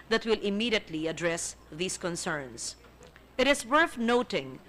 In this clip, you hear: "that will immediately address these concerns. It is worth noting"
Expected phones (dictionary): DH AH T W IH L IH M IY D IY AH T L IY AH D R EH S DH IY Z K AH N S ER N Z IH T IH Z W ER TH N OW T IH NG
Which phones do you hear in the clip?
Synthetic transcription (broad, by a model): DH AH T W IH L IH M IY D IY AH T L IY AH D R EH S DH IY S K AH N S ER N S IH T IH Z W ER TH N OW T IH NG